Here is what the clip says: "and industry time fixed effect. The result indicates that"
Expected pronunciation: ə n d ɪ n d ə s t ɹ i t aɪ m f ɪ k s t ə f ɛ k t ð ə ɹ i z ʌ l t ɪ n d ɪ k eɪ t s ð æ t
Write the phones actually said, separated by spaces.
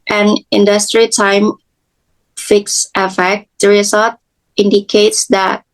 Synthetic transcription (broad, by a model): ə n ɪ n d ə s t ɹ i t aɪ m f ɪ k s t ə f ɛ k t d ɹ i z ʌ t ɪ n d ɪ k eɪ t s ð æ t